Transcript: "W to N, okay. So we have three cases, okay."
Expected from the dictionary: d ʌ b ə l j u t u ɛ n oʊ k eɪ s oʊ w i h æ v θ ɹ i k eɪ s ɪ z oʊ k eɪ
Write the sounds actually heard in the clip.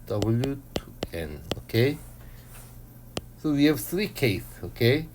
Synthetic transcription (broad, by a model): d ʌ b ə l j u t u ɛ n oʊ k eɪ s oʊ w i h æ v θ ɹ i k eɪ ɪ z oʊ k eɪ